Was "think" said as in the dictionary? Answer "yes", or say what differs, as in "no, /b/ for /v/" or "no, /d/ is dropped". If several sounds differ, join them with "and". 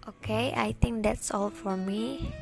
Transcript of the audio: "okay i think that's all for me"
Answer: no, /t/ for /θ/